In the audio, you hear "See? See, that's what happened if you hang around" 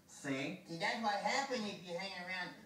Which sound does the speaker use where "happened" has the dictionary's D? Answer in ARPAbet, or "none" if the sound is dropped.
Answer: none